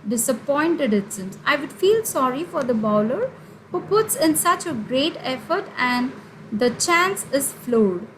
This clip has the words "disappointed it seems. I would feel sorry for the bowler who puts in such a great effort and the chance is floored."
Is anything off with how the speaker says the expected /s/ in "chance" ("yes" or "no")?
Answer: no